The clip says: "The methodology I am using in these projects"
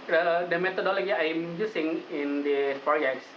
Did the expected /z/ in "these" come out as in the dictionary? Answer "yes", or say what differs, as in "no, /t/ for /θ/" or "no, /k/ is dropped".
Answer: no, /z/ is dropped